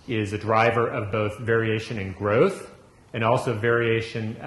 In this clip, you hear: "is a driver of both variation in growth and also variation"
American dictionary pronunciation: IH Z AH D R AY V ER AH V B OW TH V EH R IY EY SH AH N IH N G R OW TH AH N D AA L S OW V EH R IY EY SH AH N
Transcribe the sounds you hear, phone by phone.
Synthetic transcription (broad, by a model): IH Z AH D R AY V ER AH V B OW TH V EH R IY EY SH AH N IH N G R OW TH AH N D AA L S OW V EH R IY EY SH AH N